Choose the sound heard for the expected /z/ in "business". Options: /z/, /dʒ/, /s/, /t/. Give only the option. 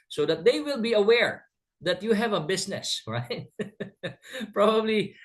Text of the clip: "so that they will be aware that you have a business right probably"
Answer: /s/